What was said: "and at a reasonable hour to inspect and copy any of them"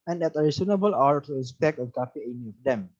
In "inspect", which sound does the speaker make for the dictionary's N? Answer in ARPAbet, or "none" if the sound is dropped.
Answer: none